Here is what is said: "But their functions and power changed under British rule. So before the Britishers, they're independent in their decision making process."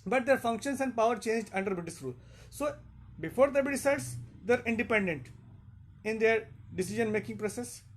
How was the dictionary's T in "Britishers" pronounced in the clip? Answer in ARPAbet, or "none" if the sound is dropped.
S